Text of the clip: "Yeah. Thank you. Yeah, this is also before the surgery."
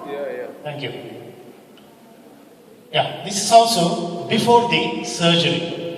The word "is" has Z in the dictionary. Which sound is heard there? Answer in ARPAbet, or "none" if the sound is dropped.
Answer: S